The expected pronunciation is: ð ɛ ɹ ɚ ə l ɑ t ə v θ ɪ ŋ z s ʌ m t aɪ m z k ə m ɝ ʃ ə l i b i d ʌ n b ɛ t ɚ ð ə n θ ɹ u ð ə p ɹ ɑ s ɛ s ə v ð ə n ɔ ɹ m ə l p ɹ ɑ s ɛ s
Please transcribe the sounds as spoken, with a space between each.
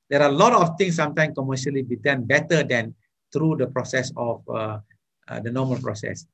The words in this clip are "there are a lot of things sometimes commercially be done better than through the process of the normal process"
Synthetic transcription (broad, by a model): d ɛ ɹ ə l ɑ t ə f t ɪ ŋ s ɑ m t aɪ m k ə m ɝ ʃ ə l i b i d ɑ n b ɛ t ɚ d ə n t ɹ u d ə p ɹ ɑ s ɛ s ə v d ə n ɔ m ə l p ɹ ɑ s ɛ s